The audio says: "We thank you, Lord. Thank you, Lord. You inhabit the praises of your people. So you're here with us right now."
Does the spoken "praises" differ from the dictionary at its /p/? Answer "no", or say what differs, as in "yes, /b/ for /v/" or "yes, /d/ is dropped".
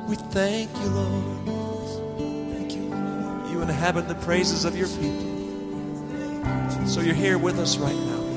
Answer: no